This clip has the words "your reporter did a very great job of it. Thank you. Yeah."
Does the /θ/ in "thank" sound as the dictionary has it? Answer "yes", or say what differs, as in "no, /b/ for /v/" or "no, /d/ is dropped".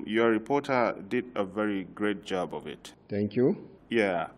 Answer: no, /t/ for /θ/